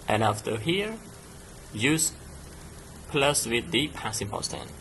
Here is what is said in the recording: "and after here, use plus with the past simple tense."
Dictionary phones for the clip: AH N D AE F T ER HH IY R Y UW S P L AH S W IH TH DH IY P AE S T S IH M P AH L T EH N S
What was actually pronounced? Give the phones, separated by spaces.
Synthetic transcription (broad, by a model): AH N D AE F T ER HH IY R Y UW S P L AH S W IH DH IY P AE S S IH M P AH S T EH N